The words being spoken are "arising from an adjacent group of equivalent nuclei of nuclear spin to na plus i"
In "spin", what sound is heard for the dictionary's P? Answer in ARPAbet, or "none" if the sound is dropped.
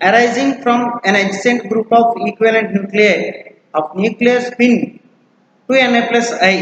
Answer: B